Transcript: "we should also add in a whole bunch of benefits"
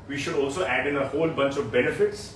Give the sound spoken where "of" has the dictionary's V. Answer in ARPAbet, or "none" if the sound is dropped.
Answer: V